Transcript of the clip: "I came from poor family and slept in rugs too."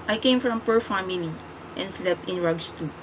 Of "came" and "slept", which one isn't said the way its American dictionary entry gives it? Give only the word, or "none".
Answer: none